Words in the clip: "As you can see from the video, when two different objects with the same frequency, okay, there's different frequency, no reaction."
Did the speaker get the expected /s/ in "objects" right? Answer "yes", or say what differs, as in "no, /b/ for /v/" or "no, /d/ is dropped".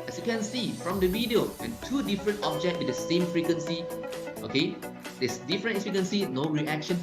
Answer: no, /s/ is dropped